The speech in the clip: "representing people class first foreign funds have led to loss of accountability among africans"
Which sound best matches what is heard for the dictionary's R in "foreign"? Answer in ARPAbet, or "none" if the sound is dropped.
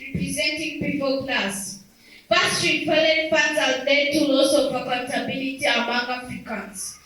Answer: L